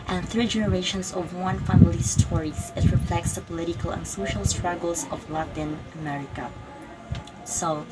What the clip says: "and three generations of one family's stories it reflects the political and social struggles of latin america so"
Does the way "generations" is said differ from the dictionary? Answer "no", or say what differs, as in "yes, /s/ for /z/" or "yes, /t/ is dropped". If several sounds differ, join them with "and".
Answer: yes, /s/ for /z/